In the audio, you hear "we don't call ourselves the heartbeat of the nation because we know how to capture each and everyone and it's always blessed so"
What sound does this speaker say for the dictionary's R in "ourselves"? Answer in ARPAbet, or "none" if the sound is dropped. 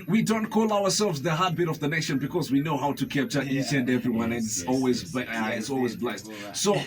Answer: W